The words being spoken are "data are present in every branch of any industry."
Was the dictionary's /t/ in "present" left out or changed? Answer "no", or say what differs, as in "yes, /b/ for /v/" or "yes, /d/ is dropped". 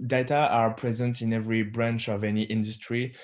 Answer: no